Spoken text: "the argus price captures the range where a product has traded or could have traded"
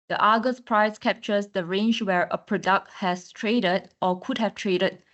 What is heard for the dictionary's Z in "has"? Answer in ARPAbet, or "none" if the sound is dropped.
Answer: S